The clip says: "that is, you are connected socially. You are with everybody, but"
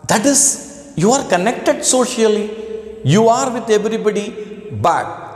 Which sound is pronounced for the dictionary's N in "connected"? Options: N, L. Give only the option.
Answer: N